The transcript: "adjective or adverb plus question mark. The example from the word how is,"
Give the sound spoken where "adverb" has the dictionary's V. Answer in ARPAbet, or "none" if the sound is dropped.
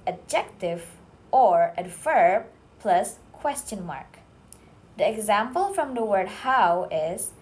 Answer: F